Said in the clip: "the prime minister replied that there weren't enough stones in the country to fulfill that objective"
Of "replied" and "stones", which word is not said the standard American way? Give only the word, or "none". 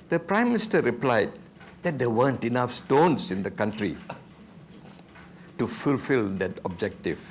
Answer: stones